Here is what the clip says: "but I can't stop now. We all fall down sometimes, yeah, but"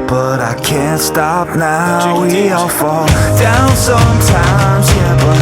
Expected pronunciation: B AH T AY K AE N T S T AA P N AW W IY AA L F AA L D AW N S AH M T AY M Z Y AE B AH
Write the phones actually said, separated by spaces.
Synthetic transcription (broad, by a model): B AH T AY K AE N T S T AA P N AW W IY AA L F AA L D AW N S AH M T AY M Z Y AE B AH